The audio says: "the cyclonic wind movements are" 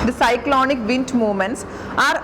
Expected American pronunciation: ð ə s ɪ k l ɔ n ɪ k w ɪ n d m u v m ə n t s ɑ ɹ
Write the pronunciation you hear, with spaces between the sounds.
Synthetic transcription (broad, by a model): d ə s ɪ k l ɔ n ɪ k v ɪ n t m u m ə n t s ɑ ɹ